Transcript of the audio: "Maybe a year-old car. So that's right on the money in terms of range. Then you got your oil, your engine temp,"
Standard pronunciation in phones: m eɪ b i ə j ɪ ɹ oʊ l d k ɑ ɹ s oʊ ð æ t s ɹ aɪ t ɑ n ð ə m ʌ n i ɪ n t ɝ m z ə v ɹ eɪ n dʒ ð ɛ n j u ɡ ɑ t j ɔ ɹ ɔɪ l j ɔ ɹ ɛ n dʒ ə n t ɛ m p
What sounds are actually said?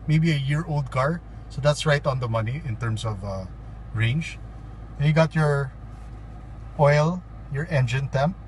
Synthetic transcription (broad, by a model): m eɪ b i ə j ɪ ɹ oʊ l d k ɑ ɹ s oʊ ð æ t s ɹ aɪ t ɑ n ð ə m ʌ n i ɪ n t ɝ m s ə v ɹ eɪ n dʒ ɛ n j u ɡ ɑ t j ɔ ɹ ɔɪ l j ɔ ɹ ɛ n dʒ ə n t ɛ m p